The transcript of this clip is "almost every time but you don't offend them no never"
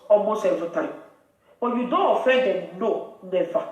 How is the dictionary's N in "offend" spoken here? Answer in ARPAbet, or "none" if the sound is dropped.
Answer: none